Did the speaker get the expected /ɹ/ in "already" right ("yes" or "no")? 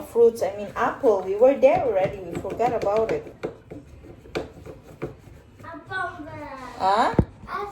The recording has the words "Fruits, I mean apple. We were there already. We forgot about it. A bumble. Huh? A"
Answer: yes